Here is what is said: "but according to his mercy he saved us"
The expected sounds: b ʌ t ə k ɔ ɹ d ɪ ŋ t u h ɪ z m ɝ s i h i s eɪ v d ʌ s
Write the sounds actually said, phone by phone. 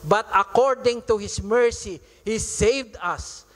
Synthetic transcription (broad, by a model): b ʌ t ə k ɔ ɹ d ɪ ŋ t u h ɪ s m ɝ s i h i s eɪ v d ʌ s